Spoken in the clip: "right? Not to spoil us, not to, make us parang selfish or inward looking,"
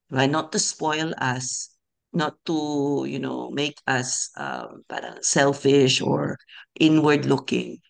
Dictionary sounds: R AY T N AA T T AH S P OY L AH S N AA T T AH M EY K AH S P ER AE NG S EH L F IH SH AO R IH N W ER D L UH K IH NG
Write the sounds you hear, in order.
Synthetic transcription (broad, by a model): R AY N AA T T AH S P OY L AH S N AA T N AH M EY K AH S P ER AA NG S EH L F IH SH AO R IH N W ER D L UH K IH NG